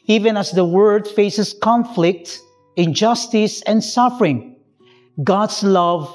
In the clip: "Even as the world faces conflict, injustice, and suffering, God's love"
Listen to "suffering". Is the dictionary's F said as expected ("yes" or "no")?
yes